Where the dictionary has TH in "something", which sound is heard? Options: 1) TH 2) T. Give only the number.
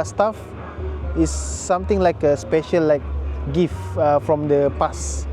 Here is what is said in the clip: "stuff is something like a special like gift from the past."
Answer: 2